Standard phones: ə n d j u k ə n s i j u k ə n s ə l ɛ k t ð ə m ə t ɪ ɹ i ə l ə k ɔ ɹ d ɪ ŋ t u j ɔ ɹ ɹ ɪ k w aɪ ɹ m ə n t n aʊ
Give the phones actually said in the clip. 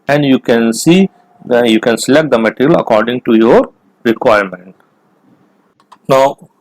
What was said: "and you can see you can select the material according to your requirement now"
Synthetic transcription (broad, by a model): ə n d j u k ə n s i j u k ə n s ə l ɛ k t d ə m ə t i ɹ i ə l ə k ɔ ɹ d ɪ ŋ t u j ɔ ɹ ɹ ɪ k w aɪ ɹ m ə n t n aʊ